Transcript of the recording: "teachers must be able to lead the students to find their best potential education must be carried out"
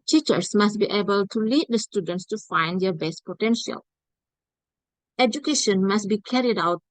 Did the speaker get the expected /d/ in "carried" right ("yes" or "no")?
yes